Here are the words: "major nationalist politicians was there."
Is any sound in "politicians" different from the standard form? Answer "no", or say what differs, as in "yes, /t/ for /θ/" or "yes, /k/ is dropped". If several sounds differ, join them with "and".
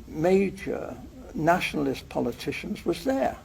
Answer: no